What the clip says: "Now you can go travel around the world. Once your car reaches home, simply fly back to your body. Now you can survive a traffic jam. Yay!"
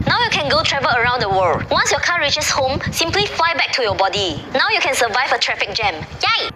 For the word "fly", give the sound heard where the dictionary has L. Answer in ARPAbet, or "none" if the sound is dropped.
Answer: L